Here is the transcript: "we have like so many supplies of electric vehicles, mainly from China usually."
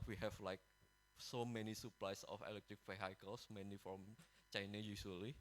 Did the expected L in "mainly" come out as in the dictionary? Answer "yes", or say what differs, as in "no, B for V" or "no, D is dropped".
no, L is dropped